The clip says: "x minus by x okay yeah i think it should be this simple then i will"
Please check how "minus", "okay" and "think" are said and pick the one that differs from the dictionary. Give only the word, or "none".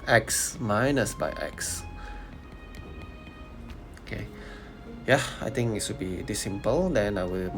think